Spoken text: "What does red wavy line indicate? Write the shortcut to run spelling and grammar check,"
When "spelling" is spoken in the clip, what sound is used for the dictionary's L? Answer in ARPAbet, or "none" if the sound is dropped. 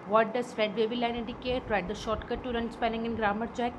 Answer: N